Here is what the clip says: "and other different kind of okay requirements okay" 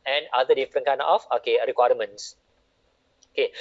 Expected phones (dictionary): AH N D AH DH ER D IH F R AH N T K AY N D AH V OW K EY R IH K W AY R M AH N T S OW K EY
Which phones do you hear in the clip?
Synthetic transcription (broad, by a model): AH N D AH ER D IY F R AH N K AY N AH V OW K EY R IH K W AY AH M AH N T S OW K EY